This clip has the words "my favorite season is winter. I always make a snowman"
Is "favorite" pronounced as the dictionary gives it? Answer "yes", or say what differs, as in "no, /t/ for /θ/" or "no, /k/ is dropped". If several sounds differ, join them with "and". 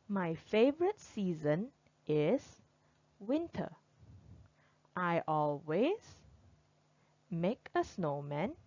yes